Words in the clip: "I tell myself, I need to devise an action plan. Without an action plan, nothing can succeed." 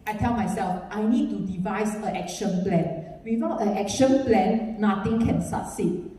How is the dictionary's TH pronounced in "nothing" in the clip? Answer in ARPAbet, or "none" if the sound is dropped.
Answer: T